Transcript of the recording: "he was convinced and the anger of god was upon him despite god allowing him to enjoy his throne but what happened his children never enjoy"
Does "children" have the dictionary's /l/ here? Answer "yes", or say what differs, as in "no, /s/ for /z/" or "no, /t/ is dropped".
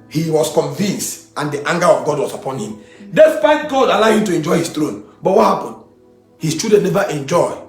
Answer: no, /l/ is dropped